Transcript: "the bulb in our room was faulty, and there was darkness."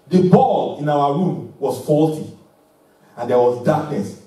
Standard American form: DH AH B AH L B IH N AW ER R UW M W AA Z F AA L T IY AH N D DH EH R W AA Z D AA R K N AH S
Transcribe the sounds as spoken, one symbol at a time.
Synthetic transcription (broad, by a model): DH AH B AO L IH N AW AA R UW M W AA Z F AA L T IY AH N D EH W AA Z D AA K N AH S